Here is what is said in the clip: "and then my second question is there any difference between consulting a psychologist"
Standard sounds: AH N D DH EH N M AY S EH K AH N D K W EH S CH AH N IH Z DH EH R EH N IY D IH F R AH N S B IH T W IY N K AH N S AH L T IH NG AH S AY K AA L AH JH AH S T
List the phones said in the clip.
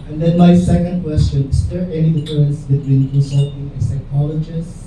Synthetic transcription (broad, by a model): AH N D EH N M AY S EH K AH N D K W EH S CH AH N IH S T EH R EH N IY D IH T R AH N S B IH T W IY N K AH S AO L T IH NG AH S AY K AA L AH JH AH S